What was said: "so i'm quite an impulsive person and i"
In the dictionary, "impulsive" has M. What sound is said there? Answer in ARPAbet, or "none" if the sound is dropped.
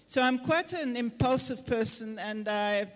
M